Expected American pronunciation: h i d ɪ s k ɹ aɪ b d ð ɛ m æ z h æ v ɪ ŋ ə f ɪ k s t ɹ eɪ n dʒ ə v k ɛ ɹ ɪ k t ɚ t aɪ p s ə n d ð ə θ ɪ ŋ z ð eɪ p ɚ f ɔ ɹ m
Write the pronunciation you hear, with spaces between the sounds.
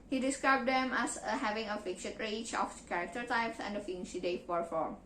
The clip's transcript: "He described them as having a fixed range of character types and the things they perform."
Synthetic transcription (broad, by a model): h i d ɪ s k ɹ aɪ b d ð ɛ m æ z h æ v ɪ ŋ ə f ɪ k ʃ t ɹ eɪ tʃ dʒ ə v k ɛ ɹ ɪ k t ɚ t aɪ p s ə n d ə f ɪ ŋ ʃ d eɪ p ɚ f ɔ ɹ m